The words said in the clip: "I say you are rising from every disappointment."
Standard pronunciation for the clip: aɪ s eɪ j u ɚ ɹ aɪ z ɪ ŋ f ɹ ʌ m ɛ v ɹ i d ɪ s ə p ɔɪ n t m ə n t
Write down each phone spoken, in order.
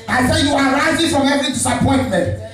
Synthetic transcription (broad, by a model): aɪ s eɪ j u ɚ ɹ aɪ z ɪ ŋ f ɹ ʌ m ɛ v i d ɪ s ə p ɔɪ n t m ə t